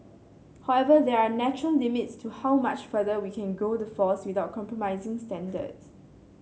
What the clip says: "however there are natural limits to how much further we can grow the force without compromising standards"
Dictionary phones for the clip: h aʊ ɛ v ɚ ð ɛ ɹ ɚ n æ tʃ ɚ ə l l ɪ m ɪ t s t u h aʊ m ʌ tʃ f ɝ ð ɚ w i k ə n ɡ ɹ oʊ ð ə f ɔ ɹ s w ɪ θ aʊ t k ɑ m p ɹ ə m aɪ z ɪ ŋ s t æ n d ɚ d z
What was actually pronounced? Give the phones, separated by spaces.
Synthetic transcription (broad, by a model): h aʊ ɛ v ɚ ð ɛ ɹ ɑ n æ tʃ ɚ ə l l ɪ m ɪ t s t u h aʊ m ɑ tʃ f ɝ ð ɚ w i k ə n ɡ oʊ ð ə f ɔ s w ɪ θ aʊ t k ɑ m p ɹ ə m aɪ z ɪ ŋ s t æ n d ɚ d s